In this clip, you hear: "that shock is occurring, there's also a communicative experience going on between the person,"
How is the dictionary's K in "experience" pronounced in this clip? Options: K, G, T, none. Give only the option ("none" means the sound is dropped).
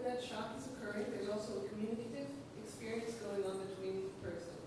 K